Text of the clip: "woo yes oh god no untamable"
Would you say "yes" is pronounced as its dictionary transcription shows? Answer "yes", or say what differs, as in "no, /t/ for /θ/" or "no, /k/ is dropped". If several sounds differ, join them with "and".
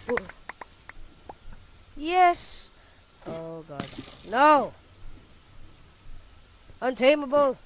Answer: yes